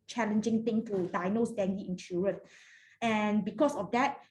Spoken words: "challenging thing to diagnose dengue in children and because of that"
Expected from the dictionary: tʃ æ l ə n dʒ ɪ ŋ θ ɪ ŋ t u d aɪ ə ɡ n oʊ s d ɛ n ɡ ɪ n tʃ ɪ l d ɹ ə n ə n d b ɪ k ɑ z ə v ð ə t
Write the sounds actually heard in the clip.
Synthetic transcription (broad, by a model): tʃ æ l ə n dʒ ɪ ŋ t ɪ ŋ t u d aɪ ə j n oʊ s d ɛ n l ɪ n ʃ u ɹ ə n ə n b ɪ k ɑ s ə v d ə t